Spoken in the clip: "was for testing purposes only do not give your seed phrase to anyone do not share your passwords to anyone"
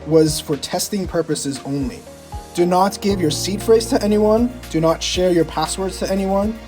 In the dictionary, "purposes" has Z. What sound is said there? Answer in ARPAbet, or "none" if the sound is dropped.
Z